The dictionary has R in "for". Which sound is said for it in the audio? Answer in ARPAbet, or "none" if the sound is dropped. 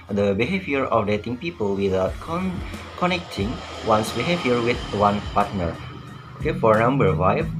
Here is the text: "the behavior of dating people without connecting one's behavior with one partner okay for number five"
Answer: R